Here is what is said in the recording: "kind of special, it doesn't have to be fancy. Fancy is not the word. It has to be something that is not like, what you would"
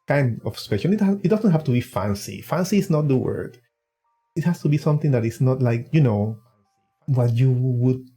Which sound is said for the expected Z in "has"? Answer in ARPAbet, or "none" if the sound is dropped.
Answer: S